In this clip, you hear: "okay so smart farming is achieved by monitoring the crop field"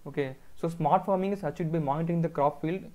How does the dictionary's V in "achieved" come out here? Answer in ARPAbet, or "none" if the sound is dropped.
none